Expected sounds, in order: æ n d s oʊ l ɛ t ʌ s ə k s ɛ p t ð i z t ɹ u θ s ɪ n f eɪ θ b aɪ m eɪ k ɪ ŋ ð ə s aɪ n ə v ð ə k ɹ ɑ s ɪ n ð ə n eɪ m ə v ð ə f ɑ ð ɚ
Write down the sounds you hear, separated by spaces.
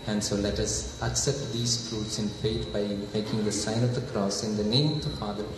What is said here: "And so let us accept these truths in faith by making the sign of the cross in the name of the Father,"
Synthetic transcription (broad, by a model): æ n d s oʊ l ɛ t ʌ s ə k s ɛ p t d i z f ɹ u t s ɪ n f eɪ t b aɪ m eɪ k ɪ ŋ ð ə s aɪ n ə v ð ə k ɹ ɑ s ɪ n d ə n eɪ m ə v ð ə f ɑ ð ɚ